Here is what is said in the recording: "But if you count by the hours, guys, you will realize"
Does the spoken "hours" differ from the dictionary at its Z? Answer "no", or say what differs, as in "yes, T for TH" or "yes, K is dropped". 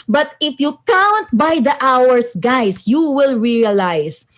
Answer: yes, S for Z